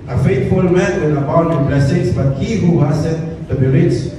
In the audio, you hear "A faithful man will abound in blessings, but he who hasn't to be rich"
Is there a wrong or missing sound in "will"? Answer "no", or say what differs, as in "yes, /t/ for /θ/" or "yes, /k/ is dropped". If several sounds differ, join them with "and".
yes, /n/ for /l/